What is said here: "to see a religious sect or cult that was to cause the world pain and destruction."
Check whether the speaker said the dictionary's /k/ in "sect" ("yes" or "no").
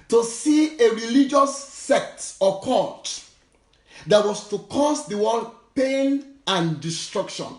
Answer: yes